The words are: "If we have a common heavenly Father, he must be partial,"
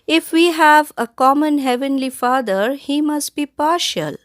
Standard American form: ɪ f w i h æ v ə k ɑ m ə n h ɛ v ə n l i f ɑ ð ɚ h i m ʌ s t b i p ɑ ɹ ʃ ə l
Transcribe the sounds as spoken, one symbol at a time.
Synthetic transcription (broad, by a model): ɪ f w i h æ v ə k ɑ m ə n h ɛ v ə n l i f ɑ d ɚ h i m ʌ s t b i p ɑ ɹ ʃ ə l